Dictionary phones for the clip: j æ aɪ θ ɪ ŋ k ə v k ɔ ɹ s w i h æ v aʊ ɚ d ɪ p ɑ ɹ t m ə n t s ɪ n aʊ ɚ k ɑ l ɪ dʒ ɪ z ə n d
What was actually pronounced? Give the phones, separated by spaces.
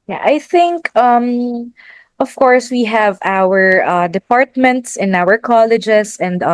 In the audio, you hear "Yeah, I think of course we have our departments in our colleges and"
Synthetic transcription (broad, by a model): j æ aɪ θ ɪ ŋ k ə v k ɔ ɹ s w i h æ v aʊ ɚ d ɪ p ɑ ɹ t m ə n t s ɪ n aʊ ɚ k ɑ l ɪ dʒ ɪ s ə n d